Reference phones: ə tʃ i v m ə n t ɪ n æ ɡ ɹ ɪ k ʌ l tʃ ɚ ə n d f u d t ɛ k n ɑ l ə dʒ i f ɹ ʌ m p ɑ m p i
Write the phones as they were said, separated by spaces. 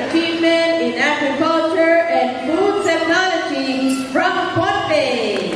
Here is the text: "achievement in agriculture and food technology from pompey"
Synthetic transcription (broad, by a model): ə tʃ i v m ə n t ɪ n æ ɡ ɹ ɪ k ʌ l tʃ ɚ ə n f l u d t ɛ k n ɑ l ə dʒ i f ɹ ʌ m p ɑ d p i